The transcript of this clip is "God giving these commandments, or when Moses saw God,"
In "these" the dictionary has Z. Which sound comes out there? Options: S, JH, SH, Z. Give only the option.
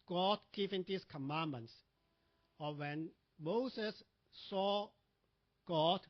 S